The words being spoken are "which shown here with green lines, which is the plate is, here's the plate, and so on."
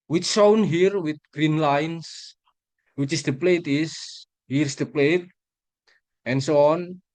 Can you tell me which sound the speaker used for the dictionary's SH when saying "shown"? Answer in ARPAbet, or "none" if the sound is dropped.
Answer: S